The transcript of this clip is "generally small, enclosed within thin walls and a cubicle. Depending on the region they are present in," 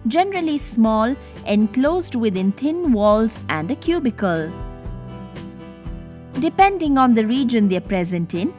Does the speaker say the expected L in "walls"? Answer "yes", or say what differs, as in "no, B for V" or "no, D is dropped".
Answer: yes